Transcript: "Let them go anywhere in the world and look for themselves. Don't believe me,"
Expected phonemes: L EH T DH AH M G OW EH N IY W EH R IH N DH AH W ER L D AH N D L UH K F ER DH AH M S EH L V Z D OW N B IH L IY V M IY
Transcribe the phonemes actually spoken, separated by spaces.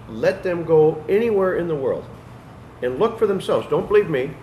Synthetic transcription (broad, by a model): L EH T DH AH M G OW EH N IY W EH R IH N DH AH W ER L D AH N L UH K F ER DH AH M S EH L V Z D OW N B IH L IY V M IY